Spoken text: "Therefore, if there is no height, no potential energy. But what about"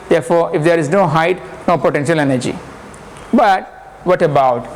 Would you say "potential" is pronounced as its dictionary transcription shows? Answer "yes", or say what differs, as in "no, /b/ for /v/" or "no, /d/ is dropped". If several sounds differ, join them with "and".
yes